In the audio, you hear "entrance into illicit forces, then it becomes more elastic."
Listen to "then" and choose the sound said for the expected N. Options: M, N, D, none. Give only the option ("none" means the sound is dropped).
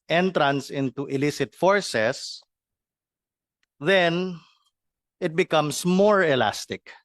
N